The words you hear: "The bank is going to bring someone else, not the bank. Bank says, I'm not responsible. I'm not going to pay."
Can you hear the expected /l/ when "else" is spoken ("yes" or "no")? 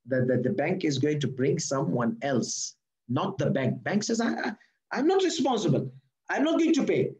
yes